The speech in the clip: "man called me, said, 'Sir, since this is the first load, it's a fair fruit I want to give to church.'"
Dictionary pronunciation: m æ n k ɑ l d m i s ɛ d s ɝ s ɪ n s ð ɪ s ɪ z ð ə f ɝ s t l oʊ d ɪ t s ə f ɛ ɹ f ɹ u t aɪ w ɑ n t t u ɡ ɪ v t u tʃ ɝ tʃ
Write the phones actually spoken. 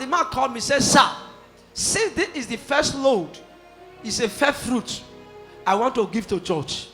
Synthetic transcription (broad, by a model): m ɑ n k ɑ l d m i s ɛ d s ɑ s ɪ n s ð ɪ ɪ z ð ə f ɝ s t l oʊ d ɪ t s ə f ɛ f ɹ u t aɪ w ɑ n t t u ɡ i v t u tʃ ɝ tʃ